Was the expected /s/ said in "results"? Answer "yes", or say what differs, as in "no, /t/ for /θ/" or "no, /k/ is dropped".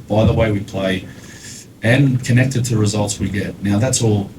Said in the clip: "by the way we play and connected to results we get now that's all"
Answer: yes